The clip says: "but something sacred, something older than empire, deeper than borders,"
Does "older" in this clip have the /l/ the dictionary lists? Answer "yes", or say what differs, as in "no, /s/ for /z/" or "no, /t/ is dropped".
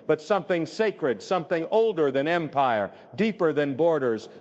yes